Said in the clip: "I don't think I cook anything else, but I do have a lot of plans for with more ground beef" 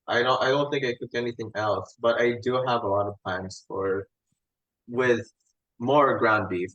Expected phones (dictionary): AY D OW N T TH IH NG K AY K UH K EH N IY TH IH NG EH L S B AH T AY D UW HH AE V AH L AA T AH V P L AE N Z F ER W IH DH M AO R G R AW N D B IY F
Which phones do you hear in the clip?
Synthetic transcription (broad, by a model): AY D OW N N TH IH NG K AY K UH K EH N IY TH IH NG EH L S B AH T AY D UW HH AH V AH L AA T AH V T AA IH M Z F ER W IH DH M AO R G R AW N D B IY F